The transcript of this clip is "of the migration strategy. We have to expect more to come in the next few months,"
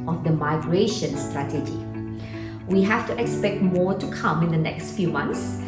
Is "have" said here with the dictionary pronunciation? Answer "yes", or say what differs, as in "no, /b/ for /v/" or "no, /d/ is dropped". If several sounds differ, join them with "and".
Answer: no, /f/ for /v/